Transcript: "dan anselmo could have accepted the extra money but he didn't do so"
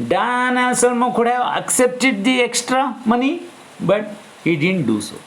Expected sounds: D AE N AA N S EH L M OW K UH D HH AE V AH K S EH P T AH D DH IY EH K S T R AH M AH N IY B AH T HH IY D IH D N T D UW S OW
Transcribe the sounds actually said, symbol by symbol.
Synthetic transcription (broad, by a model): D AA N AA S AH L M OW K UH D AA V AH K S EH P T AH D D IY EH K S T R AH M AH N IY B AH T HH IY D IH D N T D UW S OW